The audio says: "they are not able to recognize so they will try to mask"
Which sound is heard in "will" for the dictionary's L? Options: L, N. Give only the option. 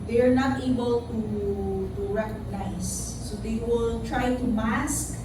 L